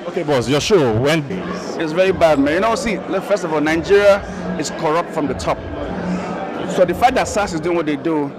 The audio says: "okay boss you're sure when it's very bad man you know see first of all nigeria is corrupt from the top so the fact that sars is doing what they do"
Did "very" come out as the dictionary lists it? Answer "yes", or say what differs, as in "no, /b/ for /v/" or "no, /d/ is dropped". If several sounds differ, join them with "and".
yes